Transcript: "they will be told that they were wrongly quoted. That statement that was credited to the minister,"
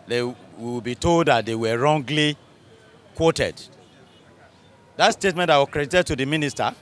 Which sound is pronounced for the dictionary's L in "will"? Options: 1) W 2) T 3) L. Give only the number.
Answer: 1